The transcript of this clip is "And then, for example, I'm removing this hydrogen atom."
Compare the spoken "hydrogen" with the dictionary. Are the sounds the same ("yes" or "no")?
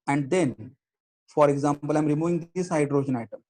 no